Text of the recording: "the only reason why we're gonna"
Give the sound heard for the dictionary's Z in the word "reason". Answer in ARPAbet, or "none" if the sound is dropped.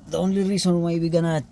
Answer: S